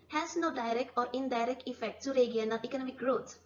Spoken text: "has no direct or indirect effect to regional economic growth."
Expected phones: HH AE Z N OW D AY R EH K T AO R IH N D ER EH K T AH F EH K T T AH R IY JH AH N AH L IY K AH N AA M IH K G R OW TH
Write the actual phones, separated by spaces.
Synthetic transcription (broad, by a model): HH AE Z N OW D AY R EH K T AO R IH N D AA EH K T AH F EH K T T AH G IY AH N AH N IY K AH N AA M IH K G R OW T